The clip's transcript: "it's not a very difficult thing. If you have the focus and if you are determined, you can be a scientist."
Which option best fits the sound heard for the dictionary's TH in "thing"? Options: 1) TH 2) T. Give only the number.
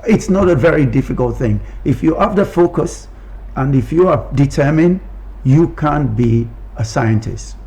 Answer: 1